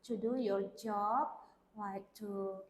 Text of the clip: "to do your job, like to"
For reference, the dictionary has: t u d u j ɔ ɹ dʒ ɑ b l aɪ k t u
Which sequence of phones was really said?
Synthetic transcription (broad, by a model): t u d u j ɔ ɹ dʒ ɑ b w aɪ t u